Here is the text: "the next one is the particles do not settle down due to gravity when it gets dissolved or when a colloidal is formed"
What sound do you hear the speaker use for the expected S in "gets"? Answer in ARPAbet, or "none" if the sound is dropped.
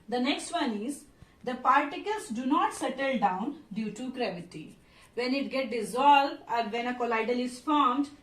none